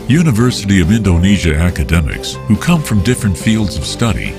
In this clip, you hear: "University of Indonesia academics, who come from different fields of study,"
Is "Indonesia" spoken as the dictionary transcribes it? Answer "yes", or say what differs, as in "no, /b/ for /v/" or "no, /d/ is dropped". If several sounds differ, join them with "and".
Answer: yes